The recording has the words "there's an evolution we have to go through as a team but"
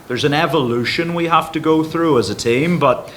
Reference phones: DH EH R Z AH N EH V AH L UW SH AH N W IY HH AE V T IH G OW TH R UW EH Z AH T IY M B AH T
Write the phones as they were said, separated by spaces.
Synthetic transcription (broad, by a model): DH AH R Z AH N EH V AH L UW SH AH N W IY HH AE F T IH G OW TH R UW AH Z AH T IY M B AH T